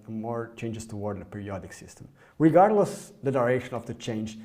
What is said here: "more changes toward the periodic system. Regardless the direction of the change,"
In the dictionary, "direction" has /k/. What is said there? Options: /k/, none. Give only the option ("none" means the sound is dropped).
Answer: none